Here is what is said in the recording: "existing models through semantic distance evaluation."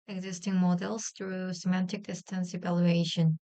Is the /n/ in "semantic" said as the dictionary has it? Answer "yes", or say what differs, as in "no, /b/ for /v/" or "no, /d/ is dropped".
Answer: yes